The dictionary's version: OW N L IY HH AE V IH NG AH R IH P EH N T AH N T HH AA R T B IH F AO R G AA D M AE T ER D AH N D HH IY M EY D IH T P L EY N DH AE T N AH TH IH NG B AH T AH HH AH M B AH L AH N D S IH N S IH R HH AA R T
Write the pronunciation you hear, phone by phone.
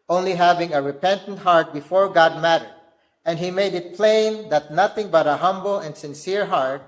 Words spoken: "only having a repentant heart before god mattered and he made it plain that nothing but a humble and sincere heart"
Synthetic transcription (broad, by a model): OW N L IY HH AE V IH NG AH R IH P EH N T AH N T HH AA R T B IH F AO R G AA D M AE T ER D AH N D HH IY M EY D IH T P L EY N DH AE T N AH TH IH NG B AH T AH HH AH M B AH L AH N D S IH N S IH R HH AA R T